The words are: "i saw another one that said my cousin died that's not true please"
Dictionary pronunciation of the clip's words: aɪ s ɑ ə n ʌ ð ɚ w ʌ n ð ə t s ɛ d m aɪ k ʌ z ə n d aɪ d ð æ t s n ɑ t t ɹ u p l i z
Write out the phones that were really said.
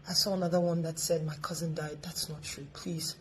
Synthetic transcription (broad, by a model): aɪ s ɑ ə n ʌ ð ɚ w ʌ n ð ə t s ɛ d m aɪ k ʌ z ə n d aɪ d ð æ t s n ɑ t t ɹ u p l i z